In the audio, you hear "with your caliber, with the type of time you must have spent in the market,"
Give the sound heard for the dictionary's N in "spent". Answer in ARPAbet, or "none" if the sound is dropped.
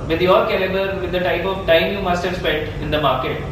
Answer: none